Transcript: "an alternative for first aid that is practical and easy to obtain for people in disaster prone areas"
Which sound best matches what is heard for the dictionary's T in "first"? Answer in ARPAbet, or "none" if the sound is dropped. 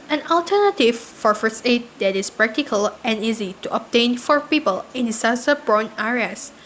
none